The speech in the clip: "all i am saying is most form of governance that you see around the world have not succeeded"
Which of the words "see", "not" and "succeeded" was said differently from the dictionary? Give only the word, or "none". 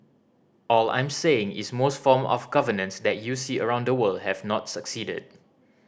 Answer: none